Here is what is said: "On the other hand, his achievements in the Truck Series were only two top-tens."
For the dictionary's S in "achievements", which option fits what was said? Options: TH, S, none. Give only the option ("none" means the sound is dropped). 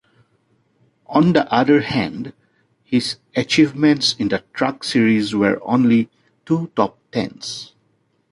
S